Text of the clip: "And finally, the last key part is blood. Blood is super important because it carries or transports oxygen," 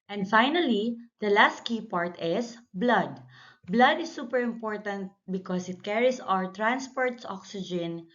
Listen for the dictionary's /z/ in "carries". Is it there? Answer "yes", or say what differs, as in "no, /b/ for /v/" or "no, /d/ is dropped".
no, /s/ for /z/